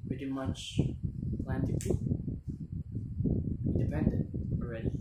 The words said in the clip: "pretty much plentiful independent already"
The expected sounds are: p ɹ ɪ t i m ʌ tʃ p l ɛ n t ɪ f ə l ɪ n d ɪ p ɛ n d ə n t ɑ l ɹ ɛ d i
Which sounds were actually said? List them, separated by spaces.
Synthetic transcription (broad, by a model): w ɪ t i m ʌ tʃ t l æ n t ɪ p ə ɪ n d ɪ p ɛ n d ə n t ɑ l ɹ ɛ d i